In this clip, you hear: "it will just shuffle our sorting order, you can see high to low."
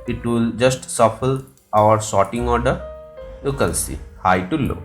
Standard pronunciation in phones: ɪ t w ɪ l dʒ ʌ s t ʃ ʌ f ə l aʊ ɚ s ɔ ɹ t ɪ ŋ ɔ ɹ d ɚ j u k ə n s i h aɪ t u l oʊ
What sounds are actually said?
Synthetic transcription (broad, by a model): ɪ t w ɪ l dʒ ʌ s t s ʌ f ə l aʊ ɚ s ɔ t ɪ ŋ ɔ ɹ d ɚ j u k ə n s i h aɪ t u l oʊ